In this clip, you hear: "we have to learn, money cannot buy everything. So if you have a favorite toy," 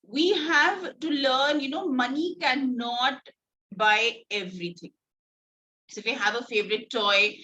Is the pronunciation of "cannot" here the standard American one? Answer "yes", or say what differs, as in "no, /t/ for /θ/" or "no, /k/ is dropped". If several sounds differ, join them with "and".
yes